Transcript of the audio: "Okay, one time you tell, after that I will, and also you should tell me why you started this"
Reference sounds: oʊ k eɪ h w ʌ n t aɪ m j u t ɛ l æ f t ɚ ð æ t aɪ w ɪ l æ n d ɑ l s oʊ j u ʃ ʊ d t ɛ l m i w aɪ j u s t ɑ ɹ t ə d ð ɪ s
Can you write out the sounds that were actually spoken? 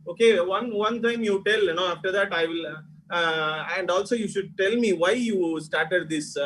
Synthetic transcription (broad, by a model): oʊ k eɪ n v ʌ n t aɪ m j u t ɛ l æ f t ɚ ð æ t aɪ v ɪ l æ n d ɑ l s oʊ j u ʃ ʊ d t ɛ l m i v aɪ j u s t ɑ ɹ t ə d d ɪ s